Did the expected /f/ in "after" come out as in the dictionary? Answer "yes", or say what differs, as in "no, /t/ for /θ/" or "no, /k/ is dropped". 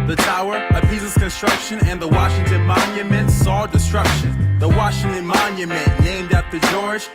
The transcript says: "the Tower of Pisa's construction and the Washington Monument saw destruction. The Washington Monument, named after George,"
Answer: no, /f/ is dropped